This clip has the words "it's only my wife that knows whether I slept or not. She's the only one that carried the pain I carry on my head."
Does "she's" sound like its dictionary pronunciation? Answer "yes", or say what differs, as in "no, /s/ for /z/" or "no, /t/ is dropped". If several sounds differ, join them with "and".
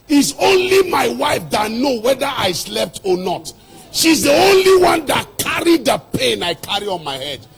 yes